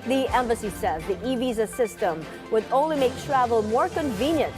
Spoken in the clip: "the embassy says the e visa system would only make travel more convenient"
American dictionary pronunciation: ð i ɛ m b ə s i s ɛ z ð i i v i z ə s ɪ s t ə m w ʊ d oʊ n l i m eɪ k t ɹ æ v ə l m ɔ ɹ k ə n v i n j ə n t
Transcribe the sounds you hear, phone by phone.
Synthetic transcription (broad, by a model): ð i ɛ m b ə s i s ɛ z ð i i v i z ə s ɪ s t ə m w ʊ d oʊ n l i m eɪ k t ɹ æ v ə l m ɔ ɹ k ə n v i n j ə n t